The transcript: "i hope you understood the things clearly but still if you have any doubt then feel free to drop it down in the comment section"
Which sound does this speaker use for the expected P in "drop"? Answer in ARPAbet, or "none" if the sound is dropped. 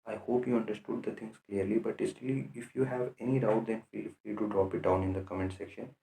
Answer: P